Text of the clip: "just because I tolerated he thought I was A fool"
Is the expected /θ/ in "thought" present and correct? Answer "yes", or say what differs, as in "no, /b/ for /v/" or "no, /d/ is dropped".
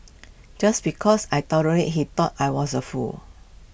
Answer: no, /t/ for /θ/